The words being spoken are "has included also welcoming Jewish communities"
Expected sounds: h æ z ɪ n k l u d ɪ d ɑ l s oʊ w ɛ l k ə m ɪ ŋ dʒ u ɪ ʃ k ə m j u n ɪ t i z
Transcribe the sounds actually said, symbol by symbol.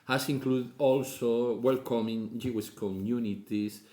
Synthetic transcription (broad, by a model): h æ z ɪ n k l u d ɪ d ɑ l s oʊ w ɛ l k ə m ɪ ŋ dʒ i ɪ s k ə m j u n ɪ t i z